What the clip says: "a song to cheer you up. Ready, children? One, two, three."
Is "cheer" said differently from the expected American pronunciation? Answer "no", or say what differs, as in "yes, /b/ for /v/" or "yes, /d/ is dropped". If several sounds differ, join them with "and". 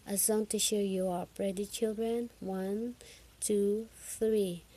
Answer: yes, /ʃ/ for /tʃ/